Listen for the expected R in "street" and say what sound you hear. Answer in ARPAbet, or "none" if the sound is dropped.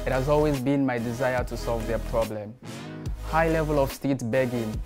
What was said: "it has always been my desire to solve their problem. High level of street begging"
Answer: none